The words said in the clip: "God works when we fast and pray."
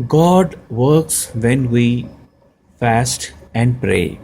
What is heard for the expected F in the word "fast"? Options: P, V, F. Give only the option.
F